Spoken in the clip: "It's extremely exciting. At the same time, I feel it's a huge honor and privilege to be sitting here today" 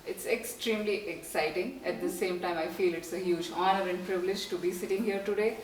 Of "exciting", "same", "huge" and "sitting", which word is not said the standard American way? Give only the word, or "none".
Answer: none